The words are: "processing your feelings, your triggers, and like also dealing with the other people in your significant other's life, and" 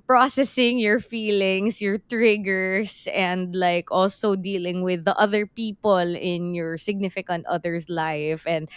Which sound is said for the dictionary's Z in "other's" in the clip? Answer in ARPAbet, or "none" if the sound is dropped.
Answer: S